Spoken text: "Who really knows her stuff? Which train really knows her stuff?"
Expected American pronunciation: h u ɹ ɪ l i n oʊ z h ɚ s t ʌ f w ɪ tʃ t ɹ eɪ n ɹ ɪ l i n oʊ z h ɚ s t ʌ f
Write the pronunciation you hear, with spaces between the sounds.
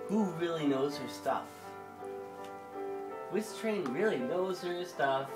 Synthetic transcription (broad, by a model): h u ɹ ɪ l i n oʊ z h ɚ s t ʌ f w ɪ s t ɹ eɪ n ɹ ɪ l i n oʊ z h ɚ s t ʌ f